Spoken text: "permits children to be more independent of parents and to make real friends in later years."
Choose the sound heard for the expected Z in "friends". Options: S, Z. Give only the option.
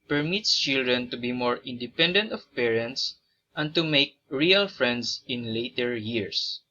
S